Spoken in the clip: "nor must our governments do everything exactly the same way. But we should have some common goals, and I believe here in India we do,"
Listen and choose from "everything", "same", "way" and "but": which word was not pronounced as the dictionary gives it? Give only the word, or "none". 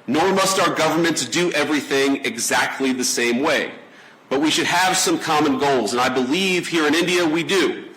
none